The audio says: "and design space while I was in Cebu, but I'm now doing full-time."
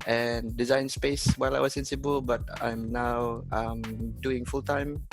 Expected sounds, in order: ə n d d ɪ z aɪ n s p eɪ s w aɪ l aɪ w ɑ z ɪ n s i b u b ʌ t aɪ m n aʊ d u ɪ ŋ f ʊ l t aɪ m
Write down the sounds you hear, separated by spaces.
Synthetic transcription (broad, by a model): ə n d d ɪ z aɪ n s p eɪ s w aɪ l aɪ w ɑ s ɪ n s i b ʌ b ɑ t aɪ m n aʊ d u ɪ ŋ f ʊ l t aɪ m